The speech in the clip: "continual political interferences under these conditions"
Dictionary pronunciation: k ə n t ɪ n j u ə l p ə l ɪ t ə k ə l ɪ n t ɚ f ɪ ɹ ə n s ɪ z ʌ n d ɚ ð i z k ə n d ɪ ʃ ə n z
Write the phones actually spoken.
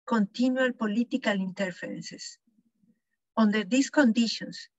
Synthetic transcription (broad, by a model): k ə n t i n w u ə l p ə l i t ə k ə l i n t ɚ f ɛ ɹ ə n s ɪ s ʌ n d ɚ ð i s k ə n d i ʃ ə n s